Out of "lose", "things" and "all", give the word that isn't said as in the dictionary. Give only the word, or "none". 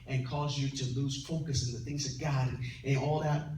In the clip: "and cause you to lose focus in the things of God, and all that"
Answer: none